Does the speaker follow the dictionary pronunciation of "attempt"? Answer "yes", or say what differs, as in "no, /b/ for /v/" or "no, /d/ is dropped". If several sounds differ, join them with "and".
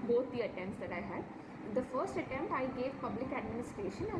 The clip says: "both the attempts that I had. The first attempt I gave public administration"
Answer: no, /p/ is dropped